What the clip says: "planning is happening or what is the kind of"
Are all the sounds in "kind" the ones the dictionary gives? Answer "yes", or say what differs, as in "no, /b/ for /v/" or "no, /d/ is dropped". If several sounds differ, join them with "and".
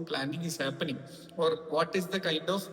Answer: yes